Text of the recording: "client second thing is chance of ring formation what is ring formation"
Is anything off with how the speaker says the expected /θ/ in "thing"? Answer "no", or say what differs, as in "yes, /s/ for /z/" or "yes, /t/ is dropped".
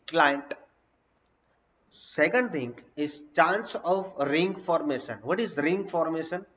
yes, /t/ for /θ/